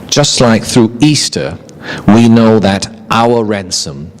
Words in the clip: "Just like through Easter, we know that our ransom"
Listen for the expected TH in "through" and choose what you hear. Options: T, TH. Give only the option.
TH